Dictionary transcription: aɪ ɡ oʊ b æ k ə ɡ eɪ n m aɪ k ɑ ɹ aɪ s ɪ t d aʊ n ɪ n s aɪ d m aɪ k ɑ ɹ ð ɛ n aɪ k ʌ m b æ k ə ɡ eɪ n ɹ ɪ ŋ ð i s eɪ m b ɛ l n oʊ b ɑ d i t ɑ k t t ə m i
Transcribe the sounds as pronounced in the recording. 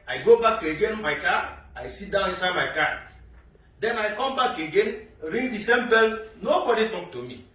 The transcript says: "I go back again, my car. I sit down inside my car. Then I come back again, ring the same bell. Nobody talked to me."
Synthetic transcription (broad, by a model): aɪ ɡ oʊ b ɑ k ə ɡ eɪ n m aɪ k ɑ aɪ s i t d aʊ n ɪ s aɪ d m aɪ k ɑ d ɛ n aɪ k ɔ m b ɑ k ə ɡ eɪ n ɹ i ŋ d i s eɪ m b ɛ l n oʊ b ɑ d i t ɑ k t t ə m i